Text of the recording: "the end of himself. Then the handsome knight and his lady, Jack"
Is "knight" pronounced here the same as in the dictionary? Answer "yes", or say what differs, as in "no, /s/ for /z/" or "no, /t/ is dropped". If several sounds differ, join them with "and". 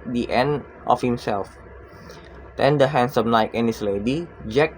no, /l/ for /n/